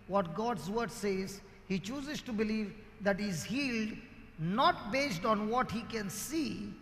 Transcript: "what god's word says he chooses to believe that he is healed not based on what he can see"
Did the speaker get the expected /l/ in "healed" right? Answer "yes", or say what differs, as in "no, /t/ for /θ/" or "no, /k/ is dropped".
yes